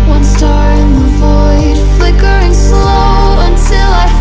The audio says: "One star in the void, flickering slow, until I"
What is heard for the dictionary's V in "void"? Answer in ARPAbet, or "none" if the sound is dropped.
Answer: V